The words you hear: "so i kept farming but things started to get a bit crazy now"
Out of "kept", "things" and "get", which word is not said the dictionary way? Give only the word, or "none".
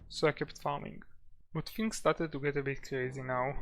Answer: things